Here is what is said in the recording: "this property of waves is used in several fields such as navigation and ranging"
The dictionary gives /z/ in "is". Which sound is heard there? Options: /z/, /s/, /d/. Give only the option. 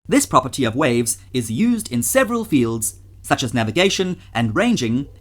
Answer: /z/